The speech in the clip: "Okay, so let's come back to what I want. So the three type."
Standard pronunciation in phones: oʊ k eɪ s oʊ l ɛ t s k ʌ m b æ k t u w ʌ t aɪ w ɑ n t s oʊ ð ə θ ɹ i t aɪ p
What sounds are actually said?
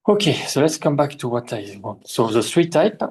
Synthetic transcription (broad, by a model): oʊ k eɪ s oʊ l ɛ t s k ʌ m b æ k t u w ʌ t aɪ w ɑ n s oʊ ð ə s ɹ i t aɪ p